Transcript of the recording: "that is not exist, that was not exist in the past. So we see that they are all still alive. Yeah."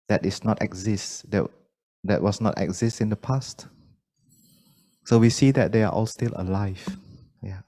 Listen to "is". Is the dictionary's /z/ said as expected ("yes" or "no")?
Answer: no